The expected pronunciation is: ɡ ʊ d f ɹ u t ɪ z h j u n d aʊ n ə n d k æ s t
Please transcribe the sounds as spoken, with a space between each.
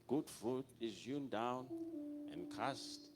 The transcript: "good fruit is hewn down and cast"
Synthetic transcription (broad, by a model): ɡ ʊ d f u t ɪ z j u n d aʊ n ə n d k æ s t